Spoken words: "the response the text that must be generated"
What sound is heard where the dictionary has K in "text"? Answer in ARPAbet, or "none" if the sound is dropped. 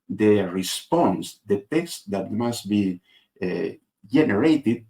K